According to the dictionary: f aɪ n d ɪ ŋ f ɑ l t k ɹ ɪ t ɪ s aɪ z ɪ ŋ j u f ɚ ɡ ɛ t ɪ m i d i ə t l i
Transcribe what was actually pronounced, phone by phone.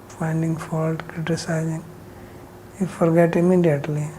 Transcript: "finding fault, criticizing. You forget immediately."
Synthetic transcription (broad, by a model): f aɪ n d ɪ ŋ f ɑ l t k ɹ ɪ t ɪ s aɪ z ɪ ŋ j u f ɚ ɡ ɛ t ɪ m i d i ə t l i